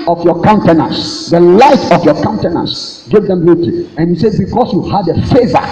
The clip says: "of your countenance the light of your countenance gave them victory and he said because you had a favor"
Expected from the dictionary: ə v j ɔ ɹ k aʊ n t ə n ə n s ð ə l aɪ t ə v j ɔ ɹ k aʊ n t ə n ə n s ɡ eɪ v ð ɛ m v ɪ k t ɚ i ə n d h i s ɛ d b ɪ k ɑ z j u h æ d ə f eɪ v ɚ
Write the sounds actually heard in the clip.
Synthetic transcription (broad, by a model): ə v j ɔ k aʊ n t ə n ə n s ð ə l aɪ t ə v j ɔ k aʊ n t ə n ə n s ɡ eɪ v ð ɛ m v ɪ t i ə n h i s ɛ d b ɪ k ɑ s j u h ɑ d ə f eɪ v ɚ